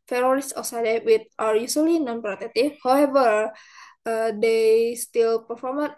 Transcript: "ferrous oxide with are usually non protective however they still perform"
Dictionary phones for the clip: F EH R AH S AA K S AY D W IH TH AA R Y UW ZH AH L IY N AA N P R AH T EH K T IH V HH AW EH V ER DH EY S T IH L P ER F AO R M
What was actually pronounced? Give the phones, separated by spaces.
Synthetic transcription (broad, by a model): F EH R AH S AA S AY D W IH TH AA R Y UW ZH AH L IY N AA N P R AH T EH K T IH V HH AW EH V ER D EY S T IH L P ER F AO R M